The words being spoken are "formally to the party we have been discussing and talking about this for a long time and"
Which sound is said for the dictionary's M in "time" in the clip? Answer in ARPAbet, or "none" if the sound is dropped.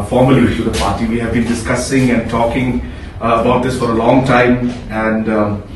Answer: M